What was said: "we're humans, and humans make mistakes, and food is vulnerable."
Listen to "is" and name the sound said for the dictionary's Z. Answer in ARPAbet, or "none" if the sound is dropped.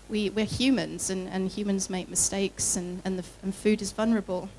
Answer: Z